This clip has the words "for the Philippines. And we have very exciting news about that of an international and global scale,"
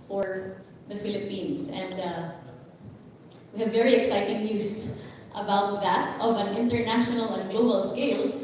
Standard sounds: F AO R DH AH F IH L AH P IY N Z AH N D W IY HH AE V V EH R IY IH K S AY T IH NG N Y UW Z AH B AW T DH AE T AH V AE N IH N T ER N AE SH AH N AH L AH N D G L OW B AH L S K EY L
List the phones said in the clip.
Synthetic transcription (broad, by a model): F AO R DH AH F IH L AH P IY N S AH N D W IY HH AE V V EH R IY IH K S AY T IH NG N Y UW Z AH B AW T DH AE T AH V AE N IH N T ER N AE SH AH N AH L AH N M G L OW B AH L S K EY L